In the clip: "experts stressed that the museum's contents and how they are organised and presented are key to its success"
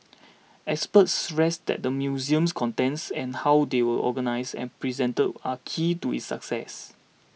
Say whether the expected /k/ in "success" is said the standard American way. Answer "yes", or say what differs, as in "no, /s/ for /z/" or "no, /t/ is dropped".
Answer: yes